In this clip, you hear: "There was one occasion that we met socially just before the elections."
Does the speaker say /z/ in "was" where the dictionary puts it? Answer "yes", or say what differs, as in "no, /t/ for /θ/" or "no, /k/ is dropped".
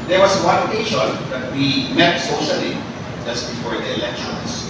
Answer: no, /s/ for /z/